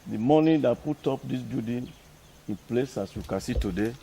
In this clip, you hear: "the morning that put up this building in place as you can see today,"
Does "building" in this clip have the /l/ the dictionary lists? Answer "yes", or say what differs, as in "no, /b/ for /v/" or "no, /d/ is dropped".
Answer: no, /l/ is dropped